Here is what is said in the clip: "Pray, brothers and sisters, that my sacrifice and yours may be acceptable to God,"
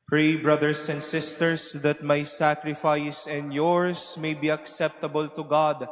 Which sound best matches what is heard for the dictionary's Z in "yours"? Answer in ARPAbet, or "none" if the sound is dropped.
S